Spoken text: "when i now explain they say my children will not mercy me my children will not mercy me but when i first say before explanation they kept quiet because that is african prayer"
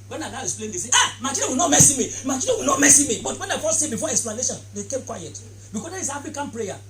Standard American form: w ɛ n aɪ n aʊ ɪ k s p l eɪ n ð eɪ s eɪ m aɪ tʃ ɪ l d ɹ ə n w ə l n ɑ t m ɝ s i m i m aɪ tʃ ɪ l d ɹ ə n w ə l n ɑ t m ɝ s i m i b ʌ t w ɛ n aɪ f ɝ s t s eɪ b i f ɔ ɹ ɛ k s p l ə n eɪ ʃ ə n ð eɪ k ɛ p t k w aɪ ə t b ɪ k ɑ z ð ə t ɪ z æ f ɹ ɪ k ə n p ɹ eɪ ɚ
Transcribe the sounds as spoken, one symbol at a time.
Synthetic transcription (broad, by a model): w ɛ n aɪ n aʊ ɪ k s p l eɪ n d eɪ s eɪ m aɪ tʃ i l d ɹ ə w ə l n ɑ t m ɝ s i m i m aɪ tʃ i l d ə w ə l n ɑ t m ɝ s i m i b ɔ t w ɛ n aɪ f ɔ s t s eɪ b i f ɔ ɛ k s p l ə n eɪ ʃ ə n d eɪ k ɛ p k w aɪ ə t b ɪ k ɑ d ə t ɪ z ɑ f ɪ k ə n p ɹ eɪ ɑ